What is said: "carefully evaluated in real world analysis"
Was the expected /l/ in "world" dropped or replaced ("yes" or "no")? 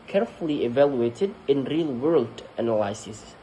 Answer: no